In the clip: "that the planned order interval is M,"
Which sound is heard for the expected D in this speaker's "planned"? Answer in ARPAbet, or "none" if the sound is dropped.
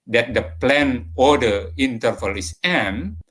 none